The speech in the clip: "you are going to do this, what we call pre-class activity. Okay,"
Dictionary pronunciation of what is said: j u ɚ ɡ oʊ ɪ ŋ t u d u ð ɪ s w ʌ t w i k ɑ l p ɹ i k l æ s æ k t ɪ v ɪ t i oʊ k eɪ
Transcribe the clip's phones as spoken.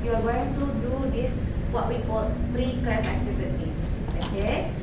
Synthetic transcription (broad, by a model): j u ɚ ɡ oʊ ɪ ŋ t u d u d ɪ s w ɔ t w i k ɑ l p ɹ i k ɑ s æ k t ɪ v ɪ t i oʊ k eɪ